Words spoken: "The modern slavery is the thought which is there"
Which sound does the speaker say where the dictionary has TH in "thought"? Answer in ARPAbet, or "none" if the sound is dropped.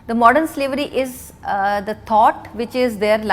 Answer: T